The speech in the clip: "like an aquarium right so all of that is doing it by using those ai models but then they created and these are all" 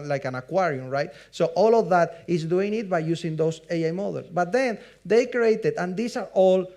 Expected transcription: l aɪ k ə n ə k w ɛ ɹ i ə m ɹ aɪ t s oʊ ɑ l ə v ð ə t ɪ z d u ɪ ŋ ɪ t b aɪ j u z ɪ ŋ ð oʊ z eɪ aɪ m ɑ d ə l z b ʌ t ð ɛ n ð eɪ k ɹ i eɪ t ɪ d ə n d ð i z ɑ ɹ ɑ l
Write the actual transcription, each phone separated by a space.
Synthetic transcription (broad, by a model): l aɪ k ə n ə k w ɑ ɹ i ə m ɹ aɪ t s oʊ ɑ l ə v ð ə t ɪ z d u ɪ ŋ ɪ t b aɪ j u s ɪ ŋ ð oʊ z eɪ aɪ m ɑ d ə l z b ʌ t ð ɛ n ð eɪ k ɹ i eɪ t ɪ d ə n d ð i s ɑ ɹ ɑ l